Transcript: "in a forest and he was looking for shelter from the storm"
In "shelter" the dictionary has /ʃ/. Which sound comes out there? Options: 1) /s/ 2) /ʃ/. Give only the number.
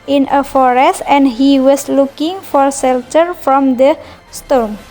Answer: 1